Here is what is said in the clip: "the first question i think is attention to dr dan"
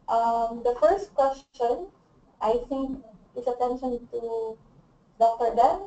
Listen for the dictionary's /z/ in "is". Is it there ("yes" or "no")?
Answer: no